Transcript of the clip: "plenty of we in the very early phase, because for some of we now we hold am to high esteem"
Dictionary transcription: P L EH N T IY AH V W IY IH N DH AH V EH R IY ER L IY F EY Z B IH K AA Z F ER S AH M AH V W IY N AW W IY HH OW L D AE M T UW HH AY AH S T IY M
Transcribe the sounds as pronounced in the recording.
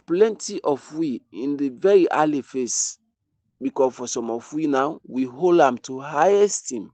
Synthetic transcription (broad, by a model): P L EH N T IY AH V W IY IH N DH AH V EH R IY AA L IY F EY S B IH K AA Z F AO S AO M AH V W IY N AW W IY HH OW L D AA M T UW HH AY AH S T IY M